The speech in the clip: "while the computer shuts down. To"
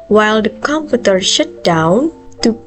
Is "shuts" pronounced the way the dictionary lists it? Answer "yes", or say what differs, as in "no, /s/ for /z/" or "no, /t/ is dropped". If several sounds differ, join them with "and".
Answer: no, /s/ is dropped